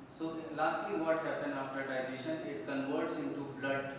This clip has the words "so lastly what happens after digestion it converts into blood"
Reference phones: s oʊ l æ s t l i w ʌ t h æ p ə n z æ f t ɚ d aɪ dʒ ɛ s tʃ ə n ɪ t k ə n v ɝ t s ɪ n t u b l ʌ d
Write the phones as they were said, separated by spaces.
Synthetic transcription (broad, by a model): s oʊ l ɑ s t l i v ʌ t h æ p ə n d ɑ f t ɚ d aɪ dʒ ɛ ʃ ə n ɪ t k ə n v ɝ t s ɪ n t u b l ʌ d